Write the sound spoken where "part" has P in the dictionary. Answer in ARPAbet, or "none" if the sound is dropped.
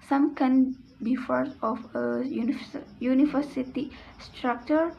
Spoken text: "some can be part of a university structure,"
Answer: F